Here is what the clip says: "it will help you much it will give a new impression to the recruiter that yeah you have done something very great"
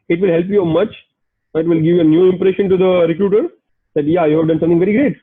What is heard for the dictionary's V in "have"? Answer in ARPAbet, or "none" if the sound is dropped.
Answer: V